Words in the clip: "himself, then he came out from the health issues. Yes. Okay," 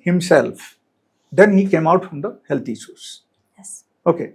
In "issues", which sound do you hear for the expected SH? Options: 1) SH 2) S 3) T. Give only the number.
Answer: 2